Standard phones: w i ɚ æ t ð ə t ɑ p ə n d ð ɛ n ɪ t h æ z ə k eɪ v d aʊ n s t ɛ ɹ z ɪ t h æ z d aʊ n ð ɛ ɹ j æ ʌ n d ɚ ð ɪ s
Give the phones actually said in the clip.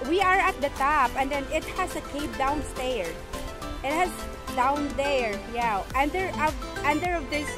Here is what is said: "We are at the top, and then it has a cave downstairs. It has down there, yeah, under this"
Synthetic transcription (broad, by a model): w i ɚ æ t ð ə t ɑ p ə n d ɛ n ɪ t h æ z ə k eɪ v d aʊ n s t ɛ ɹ ɪ t h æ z d aʊ n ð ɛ ɹ j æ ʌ n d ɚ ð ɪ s